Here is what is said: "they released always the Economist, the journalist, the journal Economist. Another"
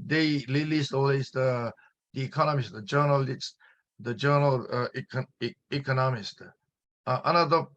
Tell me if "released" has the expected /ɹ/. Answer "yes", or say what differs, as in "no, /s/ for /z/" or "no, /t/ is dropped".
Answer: no, /l/ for /ɹ/